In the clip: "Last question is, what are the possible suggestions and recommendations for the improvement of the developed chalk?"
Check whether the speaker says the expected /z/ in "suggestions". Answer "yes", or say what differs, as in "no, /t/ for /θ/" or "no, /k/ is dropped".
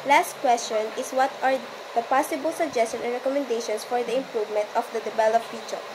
no, /z/ is dropped